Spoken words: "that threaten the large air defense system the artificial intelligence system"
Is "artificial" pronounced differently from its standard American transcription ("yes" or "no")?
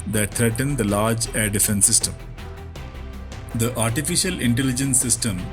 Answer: no